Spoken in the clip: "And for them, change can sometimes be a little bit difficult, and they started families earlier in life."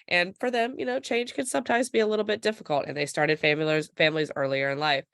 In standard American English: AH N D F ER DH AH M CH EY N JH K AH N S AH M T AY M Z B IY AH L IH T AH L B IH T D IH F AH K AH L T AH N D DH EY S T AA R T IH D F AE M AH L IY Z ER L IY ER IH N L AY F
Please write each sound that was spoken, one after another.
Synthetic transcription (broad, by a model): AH N F ER DH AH M CH EY N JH K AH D S AH M T AY M Z B IY AH L IH T L B IH T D IH F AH K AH L T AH N DH EY S T AA R T IH D F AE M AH L IY Z ER L IY ER IH N L AY F